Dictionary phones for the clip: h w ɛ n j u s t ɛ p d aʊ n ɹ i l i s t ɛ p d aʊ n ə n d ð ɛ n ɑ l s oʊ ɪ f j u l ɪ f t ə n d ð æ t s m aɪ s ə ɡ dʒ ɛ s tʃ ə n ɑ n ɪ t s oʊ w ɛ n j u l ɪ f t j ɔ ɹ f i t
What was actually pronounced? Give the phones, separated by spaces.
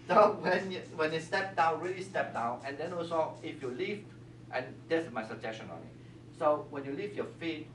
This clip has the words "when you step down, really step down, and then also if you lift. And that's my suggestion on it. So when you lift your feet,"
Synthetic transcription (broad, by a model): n w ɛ n j u s t ɛ p d aʊ n ɹ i l i s t ɛ p d aʊ n ə n d ɛ n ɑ s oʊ ɪ f j u l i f t ə n d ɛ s m aɪ s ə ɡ dʒ ɛ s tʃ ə n ɑ n ɪ t s oʊ w ɛ n j u l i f j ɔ f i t